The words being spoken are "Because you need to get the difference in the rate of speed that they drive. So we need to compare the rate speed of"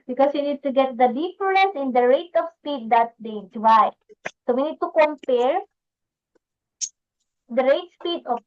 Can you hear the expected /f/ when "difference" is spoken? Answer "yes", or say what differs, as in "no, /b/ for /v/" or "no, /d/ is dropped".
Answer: no, /p/ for /f/